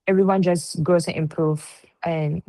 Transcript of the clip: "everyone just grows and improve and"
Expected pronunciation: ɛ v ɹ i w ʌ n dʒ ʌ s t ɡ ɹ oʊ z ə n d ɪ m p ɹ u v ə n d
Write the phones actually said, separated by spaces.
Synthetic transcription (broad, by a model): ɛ v ɹ i w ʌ n dʒ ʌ s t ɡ oʊ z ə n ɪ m p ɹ u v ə n